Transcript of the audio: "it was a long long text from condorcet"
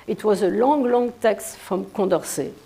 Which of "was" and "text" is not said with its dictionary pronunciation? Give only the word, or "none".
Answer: none